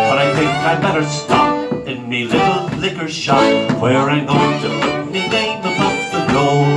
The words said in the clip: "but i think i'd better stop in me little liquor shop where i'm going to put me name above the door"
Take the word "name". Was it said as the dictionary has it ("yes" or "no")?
no